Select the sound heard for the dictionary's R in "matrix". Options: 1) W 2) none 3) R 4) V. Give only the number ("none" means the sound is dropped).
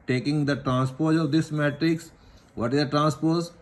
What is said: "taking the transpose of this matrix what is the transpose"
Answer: 3